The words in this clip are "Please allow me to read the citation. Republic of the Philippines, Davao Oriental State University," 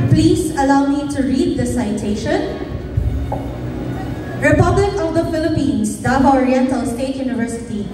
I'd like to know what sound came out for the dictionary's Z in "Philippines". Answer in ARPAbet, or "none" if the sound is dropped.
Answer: S